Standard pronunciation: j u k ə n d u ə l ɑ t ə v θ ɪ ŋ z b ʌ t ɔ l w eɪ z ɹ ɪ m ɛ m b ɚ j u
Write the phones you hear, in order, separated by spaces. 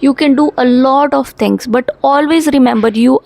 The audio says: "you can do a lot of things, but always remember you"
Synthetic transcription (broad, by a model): j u k ə n d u ə l ɑ t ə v t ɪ ŋ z b ʌ t ɔ l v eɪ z ɹ ɪ m ɛ m b ɚ j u